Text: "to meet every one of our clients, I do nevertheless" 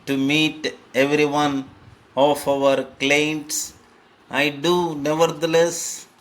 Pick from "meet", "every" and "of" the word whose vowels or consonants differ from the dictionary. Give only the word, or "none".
of